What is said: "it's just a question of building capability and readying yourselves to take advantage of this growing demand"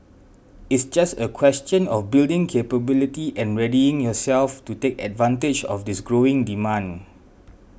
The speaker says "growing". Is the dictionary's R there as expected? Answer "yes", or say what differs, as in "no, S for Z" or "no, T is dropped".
yes